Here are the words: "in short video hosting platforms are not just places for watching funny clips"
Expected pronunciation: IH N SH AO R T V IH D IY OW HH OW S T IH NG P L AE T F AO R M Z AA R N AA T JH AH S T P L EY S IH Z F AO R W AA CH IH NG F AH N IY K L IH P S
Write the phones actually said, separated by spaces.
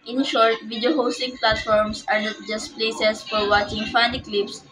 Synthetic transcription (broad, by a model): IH N SH AO R T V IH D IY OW HH OW S T IH NG P L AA T F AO R M S AA R N AA T JH AH S T P L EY S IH S F AO R W AA CH IH NG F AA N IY K L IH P S